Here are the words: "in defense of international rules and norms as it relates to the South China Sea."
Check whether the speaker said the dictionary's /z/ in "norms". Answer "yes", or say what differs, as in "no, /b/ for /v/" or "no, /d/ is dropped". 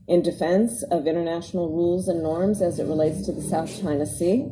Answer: yes